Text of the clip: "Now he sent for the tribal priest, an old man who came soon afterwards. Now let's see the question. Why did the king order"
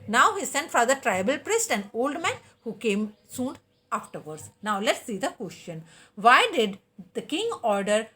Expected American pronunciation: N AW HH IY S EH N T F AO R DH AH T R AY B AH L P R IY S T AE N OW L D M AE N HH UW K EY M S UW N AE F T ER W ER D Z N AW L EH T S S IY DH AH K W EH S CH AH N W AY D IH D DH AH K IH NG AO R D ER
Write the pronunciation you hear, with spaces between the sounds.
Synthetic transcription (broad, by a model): N AW HH IY S EH N T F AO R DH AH T R AY B AH L P R IY S T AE N OW L D M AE N HH UW K EY M S UW N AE F T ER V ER D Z N AW L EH T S S IY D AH K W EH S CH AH N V AY D IH D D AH K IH NG AO R D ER